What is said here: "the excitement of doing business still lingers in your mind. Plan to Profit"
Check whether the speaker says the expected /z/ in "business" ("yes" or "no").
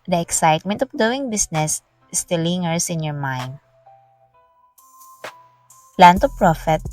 no